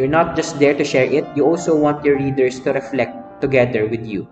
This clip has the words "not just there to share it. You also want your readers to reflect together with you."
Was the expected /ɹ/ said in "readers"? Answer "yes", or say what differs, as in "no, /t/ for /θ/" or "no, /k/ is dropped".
no, /l/ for /ɹ/